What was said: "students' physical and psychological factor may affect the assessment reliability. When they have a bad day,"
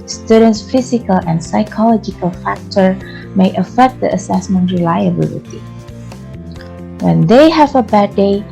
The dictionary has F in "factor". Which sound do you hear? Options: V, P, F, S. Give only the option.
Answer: F